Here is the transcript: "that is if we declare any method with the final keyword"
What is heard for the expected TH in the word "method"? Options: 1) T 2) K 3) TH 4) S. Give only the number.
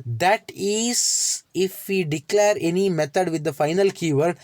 1